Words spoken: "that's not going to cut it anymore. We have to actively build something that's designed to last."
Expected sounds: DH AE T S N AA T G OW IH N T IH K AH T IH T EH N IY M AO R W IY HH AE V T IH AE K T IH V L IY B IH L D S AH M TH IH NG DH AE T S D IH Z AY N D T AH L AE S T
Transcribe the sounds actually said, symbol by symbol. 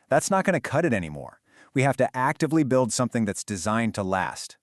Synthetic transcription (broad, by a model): DH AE T S N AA T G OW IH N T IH K AH T IH T EH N IY M AO R W IY HH AE F T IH AE K T IH V L IY B IH L D S AH M TH IH NG DH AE T S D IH Z AY N T AH L AE S T